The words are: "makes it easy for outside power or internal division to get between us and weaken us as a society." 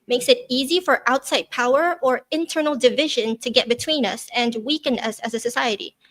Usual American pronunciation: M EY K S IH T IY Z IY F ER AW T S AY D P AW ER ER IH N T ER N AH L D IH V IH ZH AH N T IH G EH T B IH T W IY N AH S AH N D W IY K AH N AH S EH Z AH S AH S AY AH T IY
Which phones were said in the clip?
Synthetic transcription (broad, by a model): M EY K S IH T IY Z IY F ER AW T S AY D P AW ER ER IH N T ER N L D IH V IH ZH AH N T IH G EH T B IH T W IY N AH S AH N W IY K AH N AH S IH Z AH S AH S AY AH T IY